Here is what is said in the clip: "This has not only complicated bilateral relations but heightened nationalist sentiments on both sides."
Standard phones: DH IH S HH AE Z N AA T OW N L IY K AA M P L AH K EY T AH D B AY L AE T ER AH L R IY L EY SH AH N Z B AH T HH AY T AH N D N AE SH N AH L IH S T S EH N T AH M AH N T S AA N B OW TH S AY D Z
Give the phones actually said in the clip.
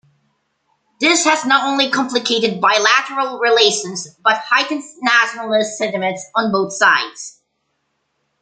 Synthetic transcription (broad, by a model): DH IH S HH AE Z N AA T OW N L IY K AA M P L AH K EY T AH D B AY L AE T ER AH L R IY L EY SH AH N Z B AH T HH AY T N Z N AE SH N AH L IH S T S EH N T AH M AH N T S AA N B OW TH S AY D Z